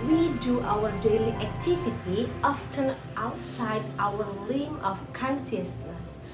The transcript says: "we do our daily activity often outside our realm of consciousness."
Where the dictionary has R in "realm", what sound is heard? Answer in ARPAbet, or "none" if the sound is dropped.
L